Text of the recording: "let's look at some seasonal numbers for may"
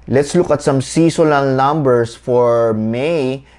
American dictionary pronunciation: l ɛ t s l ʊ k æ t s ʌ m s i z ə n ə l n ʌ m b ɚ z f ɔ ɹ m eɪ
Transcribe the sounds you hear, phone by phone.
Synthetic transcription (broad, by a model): l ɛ t s l ʊ k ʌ t s ʌ m s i s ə l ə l n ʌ m b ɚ s f ɔ ɹ m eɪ